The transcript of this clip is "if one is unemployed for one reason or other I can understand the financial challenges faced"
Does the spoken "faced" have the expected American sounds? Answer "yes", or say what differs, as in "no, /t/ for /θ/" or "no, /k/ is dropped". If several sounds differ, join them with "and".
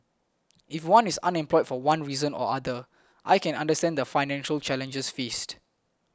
yes